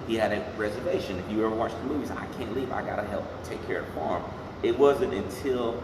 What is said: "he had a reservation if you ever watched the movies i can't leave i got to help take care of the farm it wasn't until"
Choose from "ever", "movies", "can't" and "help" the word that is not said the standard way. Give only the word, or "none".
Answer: none